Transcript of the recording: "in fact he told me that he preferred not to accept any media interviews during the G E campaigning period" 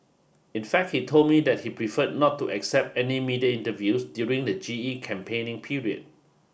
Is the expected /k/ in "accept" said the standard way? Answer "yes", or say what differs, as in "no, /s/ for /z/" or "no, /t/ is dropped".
yes